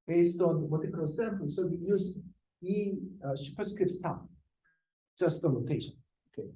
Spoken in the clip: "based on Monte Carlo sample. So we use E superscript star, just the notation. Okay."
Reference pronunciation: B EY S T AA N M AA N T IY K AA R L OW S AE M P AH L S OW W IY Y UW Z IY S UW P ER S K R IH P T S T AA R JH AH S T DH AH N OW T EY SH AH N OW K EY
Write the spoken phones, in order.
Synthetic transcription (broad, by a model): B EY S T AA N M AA T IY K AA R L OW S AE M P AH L S OW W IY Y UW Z IY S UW P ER S K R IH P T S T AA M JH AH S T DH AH L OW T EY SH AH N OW K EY